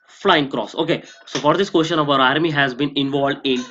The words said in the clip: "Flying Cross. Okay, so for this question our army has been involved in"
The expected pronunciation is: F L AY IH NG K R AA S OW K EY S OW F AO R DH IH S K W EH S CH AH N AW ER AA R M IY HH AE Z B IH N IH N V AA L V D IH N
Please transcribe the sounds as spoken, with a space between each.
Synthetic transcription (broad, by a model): F L AY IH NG K R AA S OW K EY S OW F AO R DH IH S K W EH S SH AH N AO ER AA R M IY HH AE Z B IH N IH N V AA L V D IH N